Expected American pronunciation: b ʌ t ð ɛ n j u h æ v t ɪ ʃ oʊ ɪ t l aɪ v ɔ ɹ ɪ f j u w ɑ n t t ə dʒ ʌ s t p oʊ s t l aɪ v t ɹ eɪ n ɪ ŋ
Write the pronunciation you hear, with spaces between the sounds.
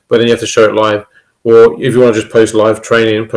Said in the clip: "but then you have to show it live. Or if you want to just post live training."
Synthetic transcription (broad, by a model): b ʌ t ð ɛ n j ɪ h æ f t ɪ ʃ oʊ ɪ t l aɪ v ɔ l ɪ f j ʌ w ɑ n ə dʒ ʌ s p oʊ s t l aɪ v t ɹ eɪ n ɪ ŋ